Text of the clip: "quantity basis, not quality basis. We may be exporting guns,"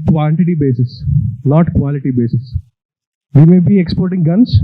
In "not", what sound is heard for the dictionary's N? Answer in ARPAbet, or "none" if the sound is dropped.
L